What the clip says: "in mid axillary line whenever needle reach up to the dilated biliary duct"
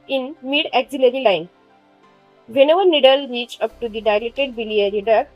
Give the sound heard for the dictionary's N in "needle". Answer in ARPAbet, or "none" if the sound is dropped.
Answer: N